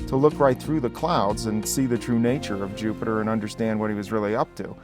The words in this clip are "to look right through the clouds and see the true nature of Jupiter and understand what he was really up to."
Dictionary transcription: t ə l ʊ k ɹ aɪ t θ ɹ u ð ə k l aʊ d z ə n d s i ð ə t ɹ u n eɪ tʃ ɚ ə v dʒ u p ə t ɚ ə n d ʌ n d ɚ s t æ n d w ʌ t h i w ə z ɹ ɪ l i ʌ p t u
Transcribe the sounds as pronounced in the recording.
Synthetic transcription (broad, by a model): t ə l ʊ k ɹ aɪ t θ ɹ u ð ə k l aʊ d z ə n s i ð ə t ɹ u n eɪ tʃ ɚ ə v dʒ u p ə t ɚ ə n ʌ n d ɚ s t æ n d w ʌ t h i w ə z ɹ ɪ l i ʌ p t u